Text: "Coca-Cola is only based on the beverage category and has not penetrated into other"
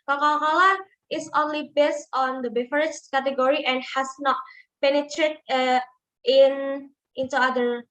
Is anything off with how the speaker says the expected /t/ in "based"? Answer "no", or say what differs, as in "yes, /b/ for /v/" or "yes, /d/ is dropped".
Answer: no